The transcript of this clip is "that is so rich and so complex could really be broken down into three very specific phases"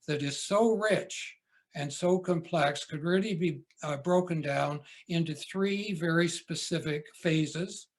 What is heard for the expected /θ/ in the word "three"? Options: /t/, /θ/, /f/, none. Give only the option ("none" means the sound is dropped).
/θ/